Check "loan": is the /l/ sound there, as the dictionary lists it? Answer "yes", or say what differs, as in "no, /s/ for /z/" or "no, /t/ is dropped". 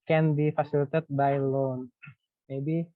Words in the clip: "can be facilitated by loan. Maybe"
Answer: yes